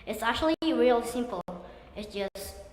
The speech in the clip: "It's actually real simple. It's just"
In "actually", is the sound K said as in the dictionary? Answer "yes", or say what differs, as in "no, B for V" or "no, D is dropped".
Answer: yes